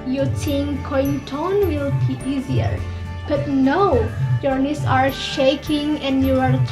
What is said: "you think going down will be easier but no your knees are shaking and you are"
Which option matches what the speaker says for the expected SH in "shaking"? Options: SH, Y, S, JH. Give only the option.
SH